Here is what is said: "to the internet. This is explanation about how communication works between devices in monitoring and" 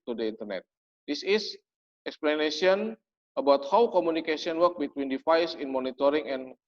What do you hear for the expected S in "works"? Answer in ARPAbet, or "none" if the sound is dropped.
none